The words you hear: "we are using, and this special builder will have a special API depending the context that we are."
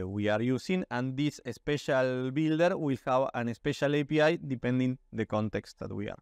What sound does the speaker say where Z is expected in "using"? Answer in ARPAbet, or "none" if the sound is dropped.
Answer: S